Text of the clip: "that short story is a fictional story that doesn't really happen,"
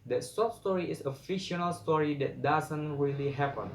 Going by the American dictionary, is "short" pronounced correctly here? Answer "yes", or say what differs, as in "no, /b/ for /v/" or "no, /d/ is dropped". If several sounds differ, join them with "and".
no, /s/ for /ʃ/